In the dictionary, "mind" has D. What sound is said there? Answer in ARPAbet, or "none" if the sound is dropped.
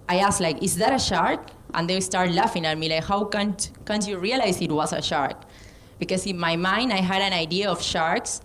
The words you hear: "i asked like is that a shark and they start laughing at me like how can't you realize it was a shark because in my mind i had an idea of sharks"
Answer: D